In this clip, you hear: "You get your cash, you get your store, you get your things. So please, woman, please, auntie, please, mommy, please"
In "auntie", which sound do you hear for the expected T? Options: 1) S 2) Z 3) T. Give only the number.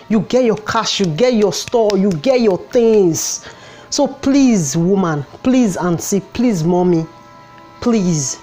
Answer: 1